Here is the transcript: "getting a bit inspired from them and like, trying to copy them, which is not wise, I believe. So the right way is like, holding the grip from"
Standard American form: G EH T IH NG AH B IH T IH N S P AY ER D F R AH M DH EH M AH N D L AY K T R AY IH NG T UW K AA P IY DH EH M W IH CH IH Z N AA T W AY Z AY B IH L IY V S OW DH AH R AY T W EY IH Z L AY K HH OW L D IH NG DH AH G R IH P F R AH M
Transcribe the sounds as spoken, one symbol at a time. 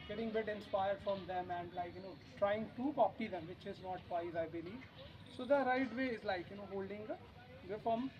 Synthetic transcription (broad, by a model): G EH T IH NG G B IH T IH N S P AY ER D F R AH M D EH M AH N D L AY K T R AY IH NG T UW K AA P IY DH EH M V IH CH IH Z N AA T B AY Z AY B IH L IY V S OW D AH R AY T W EY IH Z L AY K HH OW L D IH NG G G IH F R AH M